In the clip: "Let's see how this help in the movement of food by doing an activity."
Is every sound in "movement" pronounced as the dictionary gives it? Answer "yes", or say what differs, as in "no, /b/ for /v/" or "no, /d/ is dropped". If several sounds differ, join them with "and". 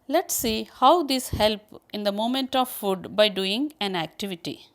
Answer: no, /v/ is dropped